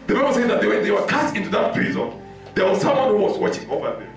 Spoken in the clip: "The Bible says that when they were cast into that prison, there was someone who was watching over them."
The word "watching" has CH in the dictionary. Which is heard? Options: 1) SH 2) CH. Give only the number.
2